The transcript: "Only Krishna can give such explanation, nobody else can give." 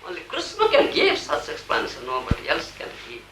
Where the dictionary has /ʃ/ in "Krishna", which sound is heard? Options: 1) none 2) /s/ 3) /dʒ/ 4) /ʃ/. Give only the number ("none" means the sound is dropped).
2